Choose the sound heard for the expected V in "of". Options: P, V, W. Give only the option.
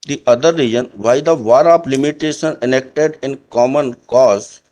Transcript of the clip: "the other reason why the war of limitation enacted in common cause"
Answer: P